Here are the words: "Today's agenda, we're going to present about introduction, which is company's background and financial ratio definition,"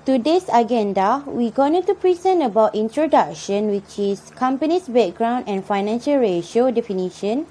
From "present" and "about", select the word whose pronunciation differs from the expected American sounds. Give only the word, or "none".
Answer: present